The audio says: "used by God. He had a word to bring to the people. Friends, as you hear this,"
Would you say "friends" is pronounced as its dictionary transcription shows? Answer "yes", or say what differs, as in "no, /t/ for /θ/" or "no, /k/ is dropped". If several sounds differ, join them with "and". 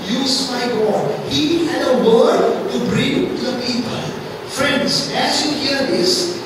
yes